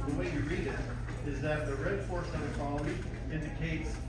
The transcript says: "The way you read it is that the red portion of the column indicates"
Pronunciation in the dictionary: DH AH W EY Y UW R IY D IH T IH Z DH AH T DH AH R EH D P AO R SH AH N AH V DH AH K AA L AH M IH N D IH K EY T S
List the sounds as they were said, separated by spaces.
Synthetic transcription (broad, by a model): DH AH W EY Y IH R IY D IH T IH Z DH AH T DH AH R EH D F AO R S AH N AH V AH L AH AH IH N D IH K EY T S